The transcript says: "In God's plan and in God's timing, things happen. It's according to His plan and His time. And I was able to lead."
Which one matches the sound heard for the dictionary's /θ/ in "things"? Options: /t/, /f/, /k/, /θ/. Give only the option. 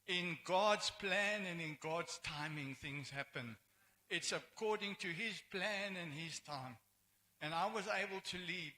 /θ/